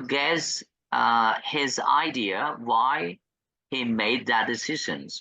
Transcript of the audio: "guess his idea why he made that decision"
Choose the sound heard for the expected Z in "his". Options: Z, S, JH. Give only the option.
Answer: Z